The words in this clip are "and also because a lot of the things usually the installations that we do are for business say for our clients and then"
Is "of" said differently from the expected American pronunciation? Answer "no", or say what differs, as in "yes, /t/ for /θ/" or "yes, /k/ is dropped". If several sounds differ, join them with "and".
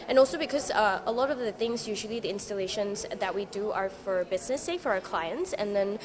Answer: no